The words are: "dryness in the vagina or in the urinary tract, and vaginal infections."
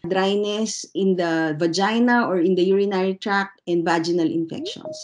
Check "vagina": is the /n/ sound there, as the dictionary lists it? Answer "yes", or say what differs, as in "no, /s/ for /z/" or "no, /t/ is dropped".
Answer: yes